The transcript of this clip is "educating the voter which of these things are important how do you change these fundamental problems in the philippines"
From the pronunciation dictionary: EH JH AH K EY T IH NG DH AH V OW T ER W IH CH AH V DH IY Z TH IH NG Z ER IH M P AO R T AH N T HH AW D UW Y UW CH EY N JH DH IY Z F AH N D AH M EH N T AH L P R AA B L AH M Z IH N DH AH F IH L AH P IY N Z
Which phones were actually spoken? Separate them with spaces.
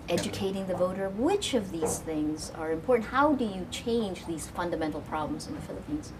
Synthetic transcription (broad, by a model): EH JH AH K EY T IH NG DH AH V OW T ER W IH CH AH V DH IY Z TH IH NG Z ER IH M P AO R T N T HH AW D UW Y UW CH EY N JH DH IY Z F AH N D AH M EH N T L P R AA B L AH M Z IH N DH AH F IH L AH P IY N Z